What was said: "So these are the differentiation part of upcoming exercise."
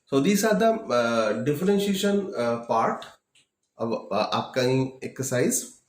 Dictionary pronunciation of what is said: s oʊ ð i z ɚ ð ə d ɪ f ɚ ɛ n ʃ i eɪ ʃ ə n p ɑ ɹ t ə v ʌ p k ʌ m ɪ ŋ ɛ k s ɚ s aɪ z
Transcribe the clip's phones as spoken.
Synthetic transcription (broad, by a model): s oʊ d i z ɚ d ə d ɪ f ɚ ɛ n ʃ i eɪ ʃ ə n p ɑ ɹ t ə v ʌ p k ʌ ɪ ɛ k s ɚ s aɪ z